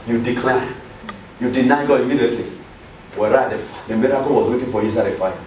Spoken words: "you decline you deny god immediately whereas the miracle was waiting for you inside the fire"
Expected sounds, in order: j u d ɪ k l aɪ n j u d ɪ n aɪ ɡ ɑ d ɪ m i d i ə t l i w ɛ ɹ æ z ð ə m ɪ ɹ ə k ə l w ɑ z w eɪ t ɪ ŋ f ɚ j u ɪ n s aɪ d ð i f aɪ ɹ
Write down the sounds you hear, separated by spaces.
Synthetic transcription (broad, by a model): j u d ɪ k l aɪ j u d ɪ n aɪ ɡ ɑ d ɪ m i d i ə t l i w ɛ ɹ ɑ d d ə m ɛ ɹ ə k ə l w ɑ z w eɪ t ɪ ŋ f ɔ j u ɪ s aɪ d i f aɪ